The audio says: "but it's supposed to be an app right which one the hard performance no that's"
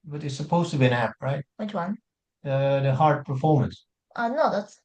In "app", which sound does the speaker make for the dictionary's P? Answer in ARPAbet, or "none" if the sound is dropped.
P